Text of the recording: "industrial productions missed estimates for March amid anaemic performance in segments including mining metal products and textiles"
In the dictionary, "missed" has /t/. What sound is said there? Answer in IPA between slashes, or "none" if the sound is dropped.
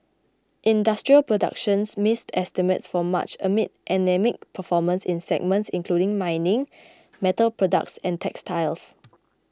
/t/